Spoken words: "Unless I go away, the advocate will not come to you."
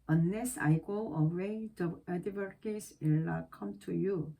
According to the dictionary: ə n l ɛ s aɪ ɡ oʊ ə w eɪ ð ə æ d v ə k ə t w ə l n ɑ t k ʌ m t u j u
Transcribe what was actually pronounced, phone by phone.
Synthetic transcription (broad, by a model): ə n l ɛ s aɪ ɡ oʊ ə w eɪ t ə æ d ə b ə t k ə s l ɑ k ʌ m t u j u